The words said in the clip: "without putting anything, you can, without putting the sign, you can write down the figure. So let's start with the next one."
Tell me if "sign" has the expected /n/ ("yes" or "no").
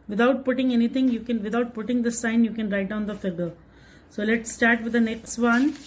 yes